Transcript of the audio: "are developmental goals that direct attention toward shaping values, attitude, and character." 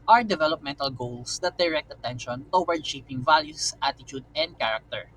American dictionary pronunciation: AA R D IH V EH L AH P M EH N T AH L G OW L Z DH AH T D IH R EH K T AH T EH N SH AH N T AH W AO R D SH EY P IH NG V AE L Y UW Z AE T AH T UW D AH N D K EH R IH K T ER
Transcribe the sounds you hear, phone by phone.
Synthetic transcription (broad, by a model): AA R D IH V EH L AH P M EH N T AH L G OW L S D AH T D IH R EH K T AH T EH N SH AH N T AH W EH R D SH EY P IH NG V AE L Y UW S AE T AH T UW D AH N D K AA R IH K T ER